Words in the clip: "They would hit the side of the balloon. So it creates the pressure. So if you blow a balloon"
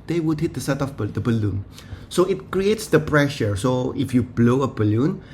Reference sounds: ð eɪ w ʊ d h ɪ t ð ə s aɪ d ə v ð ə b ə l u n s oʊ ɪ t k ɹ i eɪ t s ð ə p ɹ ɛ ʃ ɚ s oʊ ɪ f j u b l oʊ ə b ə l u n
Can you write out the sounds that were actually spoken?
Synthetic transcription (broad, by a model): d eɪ w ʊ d h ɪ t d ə s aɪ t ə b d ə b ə l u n s oʊ ɪ t k ɹ i eɪ t s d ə p ɹ ɛ ʃ ɚ s oʊ ɪ f j u b l oʊ ə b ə l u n